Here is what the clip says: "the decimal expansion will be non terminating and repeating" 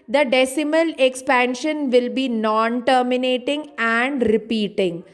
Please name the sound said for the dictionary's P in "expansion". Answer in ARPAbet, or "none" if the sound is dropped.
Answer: P